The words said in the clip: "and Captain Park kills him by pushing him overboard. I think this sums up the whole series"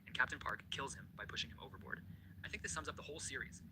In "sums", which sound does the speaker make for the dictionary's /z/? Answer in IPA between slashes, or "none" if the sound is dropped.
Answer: /z/